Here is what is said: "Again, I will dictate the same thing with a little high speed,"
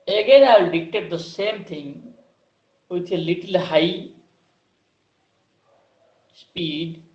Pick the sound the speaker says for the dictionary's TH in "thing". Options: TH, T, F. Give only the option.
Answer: T